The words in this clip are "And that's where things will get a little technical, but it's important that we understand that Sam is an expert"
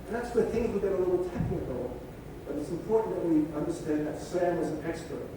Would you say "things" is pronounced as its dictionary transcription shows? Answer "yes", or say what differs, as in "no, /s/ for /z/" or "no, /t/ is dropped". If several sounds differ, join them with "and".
yes